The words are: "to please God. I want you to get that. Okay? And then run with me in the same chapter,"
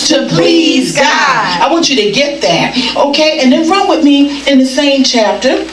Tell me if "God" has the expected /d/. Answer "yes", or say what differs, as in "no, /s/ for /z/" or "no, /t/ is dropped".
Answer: no, /d/ is dropped